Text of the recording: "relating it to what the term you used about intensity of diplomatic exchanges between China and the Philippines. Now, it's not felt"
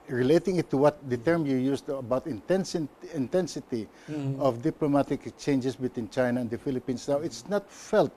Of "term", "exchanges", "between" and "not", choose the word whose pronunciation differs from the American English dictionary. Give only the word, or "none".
exchanges